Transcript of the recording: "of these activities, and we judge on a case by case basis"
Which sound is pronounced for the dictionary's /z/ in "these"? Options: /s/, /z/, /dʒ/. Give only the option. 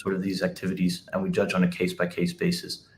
/z/